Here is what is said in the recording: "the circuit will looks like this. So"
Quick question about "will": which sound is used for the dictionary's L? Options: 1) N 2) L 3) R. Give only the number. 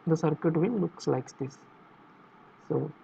1